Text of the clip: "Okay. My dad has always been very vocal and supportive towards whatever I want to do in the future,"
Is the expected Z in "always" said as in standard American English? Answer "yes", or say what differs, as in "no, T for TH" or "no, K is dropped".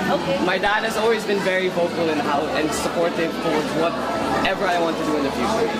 yes